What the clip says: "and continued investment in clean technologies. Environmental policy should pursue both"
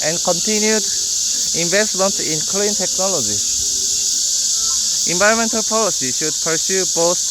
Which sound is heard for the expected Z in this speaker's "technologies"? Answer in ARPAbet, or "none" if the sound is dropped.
none